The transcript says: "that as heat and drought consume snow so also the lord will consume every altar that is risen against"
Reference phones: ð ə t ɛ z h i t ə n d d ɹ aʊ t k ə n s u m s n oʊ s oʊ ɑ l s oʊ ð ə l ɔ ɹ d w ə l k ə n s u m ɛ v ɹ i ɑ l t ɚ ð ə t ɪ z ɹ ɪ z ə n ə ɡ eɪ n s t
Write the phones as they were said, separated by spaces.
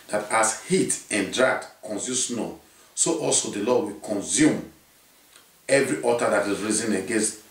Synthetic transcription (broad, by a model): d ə t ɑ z h i t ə n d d ɹ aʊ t k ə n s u s n oʊ s oʊ ɑ l s oʊ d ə l ɔ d w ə k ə n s u m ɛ v ɹ i ɑ t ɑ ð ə t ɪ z ɹ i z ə n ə ɡ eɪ n s t